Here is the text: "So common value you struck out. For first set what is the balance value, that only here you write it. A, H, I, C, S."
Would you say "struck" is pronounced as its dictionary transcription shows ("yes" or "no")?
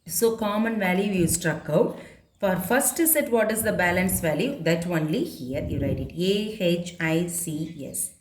yes